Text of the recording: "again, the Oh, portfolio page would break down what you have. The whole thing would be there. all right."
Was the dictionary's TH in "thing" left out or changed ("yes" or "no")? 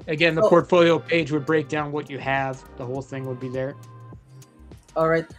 no